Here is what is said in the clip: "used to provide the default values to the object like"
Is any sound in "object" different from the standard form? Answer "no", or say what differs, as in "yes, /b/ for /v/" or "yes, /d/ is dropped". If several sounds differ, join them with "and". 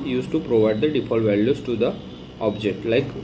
no